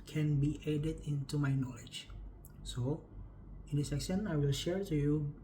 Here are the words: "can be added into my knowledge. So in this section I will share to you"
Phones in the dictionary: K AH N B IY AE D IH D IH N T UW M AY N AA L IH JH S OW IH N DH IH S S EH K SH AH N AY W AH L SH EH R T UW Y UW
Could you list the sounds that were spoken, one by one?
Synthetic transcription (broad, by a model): K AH N B IY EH D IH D IH N T UW M AY N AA L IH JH S OW IH N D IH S S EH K S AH N AY W AH L SH EH R T UW Y UW